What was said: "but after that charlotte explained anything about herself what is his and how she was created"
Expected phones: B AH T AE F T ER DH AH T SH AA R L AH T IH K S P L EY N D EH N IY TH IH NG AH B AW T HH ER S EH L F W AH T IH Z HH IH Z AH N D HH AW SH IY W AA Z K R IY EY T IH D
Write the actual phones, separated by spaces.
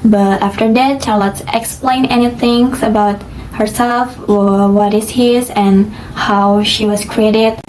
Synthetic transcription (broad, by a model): B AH T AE F T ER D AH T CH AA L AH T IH K S P L EY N EH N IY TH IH NG AH B AW T HH ER S EH L F W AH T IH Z HH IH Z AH N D HH AW SH IY W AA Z K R IY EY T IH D